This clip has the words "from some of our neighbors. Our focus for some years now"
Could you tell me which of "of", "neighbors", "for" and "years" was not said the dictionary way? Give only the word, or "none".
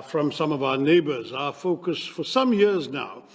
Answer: none